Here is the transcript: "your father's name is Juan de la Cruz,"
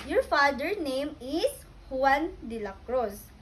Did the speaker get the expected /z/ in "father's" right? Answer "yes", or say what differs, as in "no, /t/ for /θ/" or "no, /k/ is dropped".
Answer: no, /z/ is dropped